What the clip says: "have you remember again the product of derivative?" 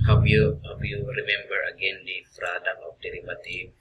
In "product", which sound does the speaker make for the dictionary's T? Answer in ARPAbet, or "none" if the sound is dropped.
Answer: none